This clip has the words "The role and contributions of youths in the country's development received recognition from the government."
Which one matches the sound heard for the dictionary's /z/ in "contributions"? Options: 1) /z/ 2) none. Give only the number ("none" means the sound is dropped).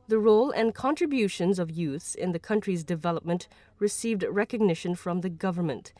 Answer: 1